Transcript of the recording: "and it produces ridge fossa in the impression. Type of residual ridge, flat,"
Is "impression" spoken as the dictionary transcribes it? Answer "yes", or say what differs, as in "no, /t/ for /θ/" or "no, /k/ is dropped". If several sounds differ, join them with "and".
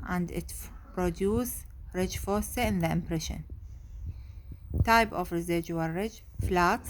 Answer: yes